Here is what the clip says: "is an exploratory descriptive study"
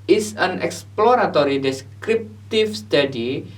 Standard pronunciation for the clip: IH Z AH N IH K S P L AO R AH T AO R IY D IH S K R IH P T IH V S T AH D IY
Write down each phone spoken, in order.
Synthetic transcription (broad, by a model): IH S AH N IH K S P L AO R AH T AO R IY D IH S K R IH P T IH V S T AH D IY